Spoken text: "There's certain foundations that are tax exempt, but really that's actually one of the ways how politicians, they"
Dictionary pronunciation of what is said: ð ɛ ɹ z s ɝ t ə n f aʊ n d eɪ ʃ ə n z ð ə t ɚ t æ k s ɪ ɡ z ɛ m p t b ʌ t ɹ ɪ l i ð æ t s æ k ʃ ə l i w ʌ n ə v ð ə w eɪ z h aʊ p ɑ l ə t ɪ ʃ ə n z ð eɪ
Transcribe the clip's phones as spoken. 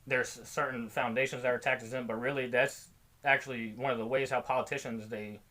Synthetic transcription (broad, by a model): ð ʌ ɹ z s ɝ t n f aʊ n d eɪ ʃ ə n z ð ə t ɚ t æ k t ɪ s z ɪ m b ʌ t ɹ ɪ l i ð æ t s æ k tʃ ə l i w ʌ n ə v ð ə w eɪ z h aʊ p ɑ l ə t ɪ ʃ ə n z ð eɪ